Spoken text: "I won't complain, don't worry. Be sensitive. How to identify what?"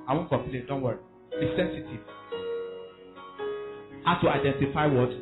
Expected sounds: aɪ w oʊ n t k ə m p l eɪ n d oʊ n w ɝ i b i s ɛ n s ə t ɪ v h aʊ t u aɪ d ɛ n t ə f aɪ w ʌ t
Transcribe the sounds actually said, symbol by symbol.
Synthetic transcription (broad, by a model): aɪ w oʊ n k ə m p l eɪ n d oʊ n w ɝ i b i s ɛ n s ə t ɪ v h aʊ t u aɪ d ɛ n t ə f aɪ w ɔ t